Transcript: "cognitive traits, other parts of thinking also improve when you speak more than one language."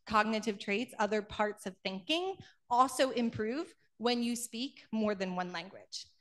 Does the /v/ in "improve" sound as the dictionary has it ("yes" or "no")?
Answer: yes